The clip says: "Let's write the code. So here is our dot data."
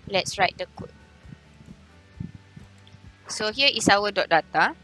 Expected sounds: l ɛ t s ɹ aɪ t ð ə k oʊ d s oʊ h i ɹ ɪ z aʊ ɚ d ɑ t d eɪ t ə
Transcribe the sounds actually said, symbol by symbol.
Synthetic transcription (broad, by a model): l ɛ t s ɹ aɪ t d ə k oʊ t s oʊ h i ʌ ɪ s aʊ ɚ d ɑ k d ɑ t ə